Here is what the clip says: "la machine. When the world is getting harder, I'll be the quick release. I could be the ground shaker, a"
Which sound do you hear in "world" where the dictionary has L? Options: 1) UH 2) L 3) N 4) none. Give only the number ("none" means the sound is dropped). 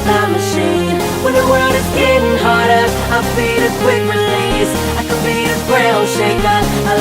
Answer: 4